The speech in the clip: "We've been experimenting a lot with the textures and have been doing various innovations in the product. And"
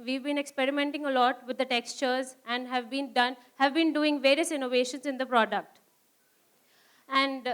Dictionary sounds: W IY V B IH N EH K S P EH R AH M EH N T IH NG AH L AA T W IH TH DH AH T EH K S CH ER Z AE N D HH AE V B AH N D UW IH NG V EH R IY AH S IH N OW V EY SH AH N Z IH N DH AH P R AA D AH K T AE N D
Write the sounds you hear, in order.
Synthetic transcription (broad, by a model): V IY V B IH N EH K S P EH R AH M EH N T IH NG AH L AA T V IH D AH T EH K S CH ER Z AE N D HH AE V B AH N D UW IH NG V EH R IY AH S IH N OW V EY SH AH N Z IH N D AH P R AA D AH K T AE N D